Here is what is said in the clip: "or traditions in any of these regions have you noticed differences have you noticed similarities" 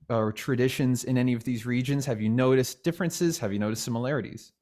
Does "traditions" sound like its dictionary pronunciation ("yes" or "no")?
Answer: yes